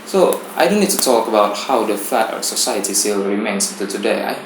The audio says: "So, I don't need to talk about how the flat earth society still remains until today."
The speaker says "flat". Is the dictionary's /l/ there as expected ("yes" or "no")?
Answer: no